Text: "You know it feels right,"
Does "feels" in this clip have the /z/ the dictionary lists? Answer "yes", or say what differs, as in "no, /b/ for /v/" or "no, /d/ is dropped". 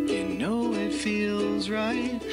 yes